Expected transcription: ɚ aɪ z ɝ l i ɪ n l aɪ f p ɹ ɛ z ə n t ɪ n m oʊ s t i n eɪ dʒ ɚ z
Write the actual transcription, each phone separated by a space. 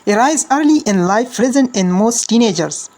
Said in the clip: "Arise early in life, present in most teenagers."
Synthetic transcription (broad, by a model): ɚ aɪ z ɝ l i ɪ n l aɪ f ɹ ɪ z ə n ɪ n m oʊ s t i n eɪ dʒ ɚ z